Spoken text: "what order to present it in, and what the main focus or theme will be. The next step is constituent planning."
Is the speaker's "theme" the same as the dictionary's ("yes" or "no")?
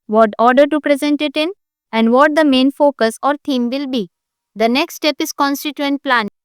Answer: no